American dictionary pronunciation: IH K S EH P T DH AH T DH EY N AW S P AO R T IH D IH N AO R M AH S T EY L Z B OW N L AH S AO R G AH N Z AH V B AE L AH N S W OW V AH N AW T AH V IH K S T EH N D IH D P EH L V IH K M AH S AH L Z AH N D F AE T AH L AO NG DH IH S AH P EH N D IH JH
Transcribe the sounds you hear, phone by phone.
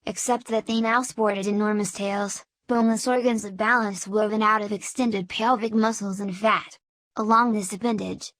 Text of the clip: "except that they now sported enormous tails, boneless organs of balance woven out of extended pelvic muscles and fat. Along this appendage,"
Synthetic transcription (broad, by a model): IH K S EH P T DH AH T DH EY N AW S P AO R T IH D IH N AO R M AH S T EY L Z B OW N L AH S AO R G AH N Z AH V B AE L AH N S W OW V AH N AW T AH V IH K S T EH N D IH D P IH L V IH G M AH S L Z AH N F AE T AH L AO NG DH IH S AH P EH N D IH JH